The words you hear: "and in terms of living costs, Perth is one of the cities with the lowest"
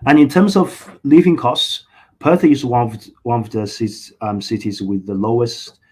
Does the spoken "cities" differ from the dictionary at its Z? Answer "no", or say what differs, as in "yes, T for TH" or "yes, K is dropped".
no